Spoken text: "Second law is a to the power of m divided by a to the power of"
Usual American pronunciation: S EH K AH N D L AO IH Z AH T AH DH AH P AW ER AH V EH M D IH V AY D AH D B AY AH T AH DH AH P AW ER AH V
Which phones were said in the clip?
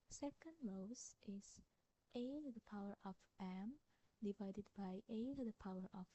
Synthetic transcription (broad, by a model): S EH K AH N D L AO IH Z T AH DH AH P AW ER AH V EH M D IH V AY D AH D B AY AH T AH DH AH P AW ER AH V